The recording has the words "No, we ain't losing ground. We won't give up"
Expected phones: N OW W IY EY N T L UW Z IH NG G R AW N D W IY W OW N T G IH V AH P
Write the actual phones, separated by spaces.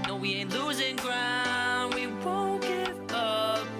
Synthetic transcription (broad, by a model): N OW W IY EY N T L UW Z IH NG G R AW N D W IY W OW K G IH AH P